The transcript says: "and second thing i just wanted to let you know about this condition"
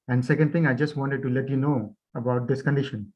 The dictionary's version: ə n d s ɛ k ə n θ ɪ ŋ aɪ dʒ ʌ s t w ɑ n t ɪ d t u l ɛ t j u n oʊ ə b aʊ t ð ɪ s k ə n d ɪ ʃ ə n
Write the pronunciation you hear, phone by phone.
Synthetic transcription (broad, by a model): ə n d s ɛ k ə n t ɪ ŋ aɪ dʒ ʌ s t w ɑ n t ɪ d t u l ɛ t j u n oʊ ə b aʊ t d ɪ s k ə n d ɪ ʃ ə n